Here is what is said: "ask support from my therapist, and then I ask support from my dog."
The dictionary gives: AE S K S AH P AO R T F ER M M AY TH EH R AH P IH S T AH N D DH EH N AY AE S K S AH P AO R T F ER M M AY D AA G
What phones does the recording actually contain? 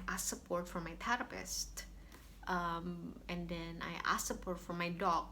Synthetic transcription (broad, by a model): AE S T S AH P AO R T F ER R M AY T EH R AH P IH S T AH N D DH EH N AY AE S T S AH P AO R T F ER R M AY D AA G